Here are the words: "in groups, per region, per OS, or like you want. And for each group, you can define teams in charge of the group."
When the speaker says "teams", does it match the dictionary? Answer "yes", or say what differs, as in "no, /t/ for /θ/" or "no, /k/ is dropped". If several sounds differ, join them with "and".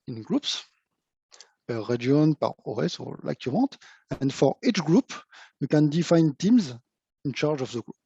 yes